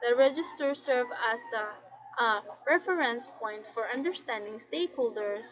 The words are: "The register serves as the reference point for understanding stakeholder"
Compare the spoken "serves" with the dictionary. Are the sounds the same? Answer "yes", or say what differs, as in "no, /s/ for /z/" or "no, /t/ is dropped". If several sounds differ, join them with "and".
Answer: no, /z/ is dropped